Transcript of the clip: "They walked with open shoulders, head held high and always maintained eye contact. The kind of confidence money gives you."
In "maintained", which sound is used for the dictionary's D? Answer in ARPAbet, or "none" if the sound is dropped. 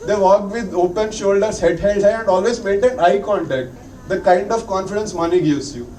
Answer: none